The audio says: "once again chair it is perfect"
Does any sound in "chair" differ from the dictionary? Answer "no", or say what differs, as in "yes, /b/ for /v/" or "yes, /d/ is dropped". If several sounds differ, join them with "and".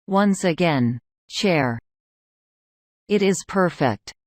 yes, /ʃ/ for /tʃ/